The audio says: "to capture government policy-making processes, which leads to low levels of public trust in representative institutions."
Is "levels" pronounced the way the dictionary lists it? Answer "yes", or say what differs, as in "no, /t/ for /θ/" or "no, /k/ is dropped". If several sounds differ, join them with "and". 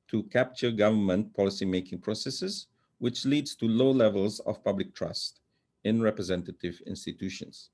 yes